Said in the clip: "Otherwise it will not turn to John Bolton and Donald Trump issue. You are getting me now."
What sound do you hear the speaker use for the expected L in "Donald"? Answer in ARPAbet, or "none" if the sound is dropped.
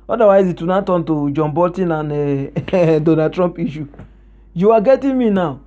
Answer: none